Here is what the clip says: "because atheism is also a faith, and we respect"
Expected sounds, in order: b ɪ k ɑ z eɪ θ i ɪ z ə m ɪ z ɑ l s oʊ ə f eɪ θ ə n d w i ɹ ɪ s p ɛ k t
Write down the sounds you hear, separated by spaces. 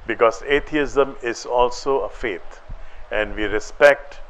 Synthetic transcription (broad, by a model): b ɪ k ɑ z eɪ t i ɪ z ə m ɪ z ɑ l s oʊ ə f eɪ t ə n d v i ɹ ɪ s p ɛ k t